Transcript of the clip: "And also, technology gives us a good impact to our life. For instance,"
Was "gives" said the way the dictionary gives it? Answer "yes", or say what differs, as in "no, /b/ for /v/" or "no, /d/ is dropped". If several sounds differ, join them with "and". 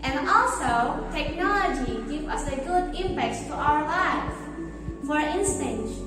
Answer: no, /z/ is dropped